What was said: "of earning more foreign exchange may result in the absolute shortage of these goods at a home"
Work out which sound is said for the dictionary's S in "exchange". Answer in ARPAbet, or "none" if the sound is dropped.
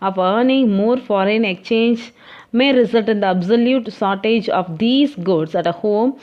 none